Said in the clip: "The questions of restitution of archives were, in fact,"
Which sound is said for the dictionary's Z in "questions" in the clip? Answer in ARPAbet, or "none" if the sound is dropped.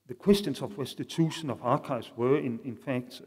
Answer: S